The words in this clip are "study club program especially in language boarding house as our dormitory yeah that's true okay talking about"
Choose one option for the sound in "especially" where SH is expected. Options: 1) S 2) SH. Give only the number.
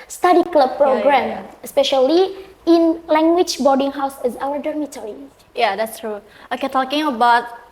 2